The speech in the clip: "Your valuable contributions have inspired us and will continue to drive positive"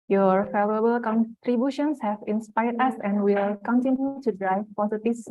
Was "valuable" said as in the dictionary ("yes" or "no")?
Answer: no